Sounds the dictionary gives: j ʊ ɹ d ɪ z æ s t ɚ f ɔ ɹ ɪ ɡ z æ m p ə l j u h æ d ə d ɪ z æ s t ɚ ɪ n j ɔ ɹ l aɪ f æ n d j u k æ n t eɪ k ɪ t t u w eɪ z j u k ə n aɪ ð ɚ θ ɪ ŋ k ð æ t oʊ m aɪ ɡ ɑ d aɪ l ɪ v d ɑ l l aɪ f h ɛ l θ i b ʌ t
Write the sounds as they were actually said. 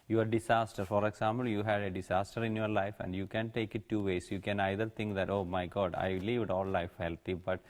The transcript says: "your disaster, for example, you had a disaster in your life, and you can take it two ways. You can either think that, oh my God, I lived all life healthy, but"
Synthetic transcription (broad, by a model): j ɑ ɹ d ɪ s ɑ s t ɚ f ɔ ɹ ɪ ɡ s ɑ m p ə l j u h æ d ə d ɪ s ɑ s t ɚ ɪ n j ɔ ɹ l aɪ f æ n d j u k æ n t eɪ k ɪ t t u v eɪ s j u k ə n aɪ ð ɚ t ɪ ŋ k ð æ t oʊ m aɪ ɡ ɑ d aɪ l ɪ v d ɑ l l aɪ f h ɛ l t i b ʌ t